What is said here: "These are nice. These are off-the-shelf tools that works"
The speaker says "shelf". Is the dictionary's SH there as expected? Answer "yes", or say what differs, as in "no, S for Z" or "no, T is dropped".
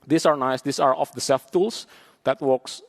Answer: no, S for SH